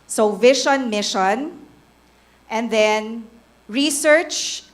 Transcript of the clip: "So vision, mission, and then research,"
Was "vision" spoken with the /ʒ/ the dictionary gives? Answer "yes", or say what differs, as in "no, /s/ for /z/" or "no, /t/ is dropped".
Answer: no, /ʃ/ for /ʒ/